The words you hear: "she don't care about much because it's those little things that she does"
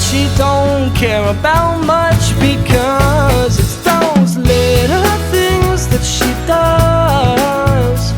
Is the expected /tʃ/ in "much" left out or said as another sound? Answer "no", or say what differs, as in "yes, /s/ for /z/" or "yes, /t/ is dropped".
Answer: no